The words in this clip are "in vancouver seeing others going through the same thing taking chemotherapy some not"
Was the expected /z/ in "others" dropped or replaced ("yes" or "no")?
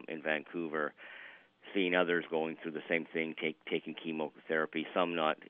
no